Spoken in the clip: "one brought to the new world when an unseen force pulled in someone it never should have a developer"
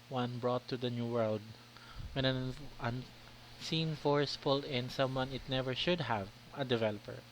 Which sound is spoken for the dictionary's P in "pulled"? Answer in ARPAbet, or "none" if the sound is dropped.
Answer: F